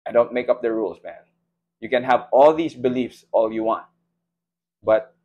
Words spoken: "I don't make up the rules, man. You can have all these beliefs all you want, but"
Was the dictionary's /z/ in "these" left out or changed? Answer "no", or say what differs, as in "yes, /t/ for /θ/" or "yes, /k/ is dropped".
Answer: yes, /s/ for /z/